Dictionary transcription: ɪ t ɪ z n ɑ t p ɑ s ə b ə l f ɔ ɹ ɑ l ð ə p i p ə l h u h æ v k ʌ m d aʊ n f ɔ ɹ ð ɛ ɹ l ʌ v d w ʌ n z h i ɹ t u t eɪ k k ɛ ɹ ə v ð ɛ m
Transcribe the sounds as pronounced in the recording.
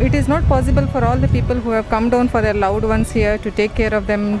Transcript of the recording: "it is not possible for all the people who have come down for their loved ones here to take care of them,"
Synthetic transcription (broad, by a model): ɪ t ɪ z n ɑ t p ɑ s ə b ə l f ɔ ɹ ɑ l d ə p i p ə l h u h æ v k ʌ m d aʊ n f ɔ ɹ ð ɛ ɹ l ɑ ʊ d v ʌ n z h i ɹ t u t eɪ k k ɛ ɹ ə v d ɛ m